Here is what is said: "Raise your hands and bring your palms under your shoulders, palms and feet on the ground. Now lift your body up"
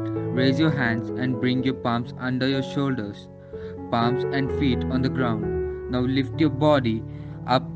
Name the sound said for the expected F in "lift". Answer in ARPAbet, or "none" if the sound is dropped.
F